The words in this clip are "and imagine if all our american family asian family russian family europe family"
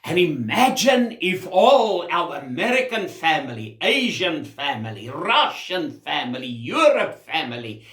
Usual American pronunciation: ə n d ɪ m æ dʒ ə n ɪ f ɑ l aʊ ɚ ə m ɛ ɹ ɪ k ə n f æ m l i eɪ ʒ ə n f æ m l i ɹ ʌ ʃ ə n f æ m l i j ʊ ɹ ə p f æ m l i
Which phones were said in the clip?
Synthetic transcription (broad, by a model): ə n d ɪ m æ dʒ ə n ɪ f ɑ l aʊ ɚ ə m ɛ ɹ ɪ k ə n f æ m l i eɪ ʒ ə n f æ m l i ɹ ʌ ʃ ə n f æ m l i j ʊ ɹ ə p f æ m l i